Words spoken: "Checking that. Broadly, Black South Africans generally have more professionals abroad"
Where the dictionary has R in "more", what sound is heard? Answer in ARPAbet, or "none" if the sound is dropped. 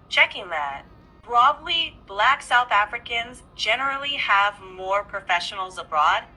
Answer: R